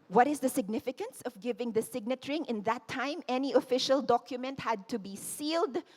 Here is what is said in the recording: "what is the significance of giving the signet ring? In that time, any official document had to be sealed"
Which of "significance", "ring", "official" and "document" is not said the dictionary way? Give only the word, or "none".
none